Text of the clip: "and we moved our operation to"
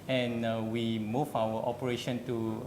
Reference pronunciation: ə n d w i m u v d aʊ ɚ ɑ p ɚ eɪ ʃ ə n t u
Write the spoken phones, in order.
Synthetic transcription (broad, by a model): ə n w i m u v aʊ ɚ ɑ p ɚ eɪ ʃ ə n t u